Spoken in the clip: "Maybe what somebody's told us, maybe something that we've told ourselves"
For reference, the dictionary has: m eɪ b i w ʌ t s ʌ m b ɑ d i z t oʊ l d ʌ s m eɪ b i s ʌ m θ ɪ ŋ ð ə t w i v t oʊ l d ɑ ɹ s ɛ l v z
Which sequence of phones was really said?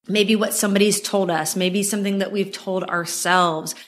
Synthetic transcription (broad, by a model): m eɪ b i w ʌ t s ʌ m b ɑ d i z t oʊ l d ʌ s m eɪ b i s ʌ m θ ɪ ŋ ð ə t w i v t oʊ l d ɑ ɹ s ɛ l v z